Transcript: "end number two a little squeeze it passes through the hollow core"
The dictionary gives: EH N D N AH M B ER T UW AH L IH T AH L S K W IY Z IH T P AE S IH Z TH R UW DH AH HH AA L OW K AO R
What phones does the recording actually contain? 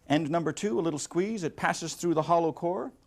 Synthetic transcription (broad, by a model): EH N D N AH M B ER T UW AH L IH T L S K W IY Z IH T P AE S IH Z TH R UW DH AH HH AA L OW K AO R